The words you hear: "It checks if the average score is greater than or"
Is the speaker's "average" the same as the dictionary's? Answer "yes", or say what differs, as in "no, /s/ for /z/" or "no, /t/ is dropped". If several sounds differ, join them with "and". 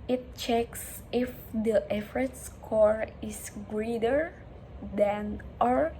no, /f/ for /v/